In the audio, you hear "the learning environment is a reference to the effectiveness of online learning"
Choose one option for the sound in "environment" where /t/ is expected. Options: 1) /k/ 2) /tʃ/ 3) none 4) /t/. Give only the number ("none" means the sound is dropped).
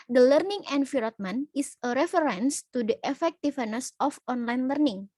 3